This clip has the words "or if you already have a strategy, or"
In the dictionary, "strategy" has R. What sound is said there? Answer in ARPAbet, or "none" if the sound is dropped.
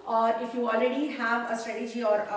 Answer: none